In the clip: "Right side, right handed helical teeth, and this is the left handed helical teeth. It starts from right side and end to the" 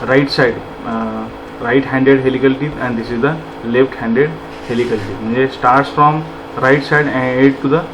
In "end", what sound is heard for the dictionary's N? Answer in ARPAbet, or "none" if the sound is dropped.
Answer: none